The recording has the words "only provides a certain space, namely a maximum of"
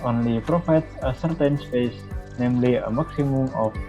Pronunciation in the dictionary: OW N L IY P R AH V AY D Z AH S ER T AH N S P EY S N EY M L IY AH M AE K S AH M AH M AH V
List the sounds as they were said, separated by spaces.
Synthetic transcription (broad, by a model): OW N L IY P R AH F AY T AH S ER T AH N S P EY S N EY M L IY AH M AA K S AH M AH M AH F